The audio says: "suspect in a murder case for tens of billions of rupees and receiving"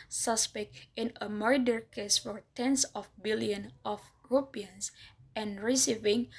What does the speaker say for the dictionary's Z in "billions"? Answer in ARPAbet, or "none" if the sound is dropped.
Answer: none